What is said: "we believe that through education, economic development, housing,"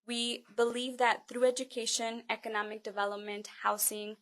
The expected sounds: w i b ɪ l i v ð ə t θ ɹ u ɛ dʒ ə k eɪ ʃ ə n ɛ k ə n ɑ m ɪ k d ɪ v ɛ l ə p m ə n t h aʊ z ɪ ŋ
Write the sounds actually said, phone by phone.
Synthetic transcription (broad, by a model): w i b ɪ l i v ð ə t θ ɹ u ɛ dʒ ə k eɪ ʃ ə n ɛ k ə n ɑ m ɪ k d ɪ v ɛ l ə p m ə n t h aʊ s ɪ ŋ